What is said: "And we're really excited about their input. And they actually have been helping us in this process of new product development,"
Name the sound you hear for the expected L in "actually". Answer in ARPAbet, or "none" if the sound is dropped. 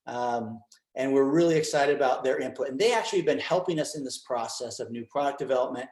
none